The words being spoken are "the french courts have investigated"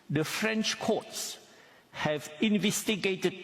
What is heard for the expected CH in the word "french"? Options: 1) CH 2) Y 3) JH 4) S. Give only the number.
1